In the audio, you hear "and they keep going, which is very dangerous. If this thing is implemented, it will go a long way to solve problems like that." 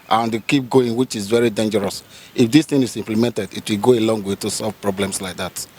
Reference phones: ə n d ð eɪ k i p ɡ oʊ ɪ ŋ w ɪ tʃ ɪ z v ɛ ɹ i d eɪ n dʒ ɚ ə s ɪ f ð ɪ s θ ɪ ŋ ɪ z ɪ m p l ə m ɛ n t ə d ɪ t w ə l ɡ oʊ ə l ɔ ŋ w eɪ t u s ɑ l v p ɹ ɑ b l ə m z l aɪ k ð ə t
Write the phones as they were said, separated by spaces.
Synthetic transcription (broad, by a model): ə n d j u k i p ɡ oʊ ɪ ŋ w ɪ tʃ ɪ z v ɛ ɹ i d eɪ n dʒ ɚ ə s ɪ f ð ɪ s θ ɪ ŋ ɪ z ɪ m p l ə m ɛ n t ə d ɪ t w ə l ɡ oʊ ə l ɔ ŋ w eɪ t u s ɑ l v p ɹ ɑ b l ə m s l aɪ k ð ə t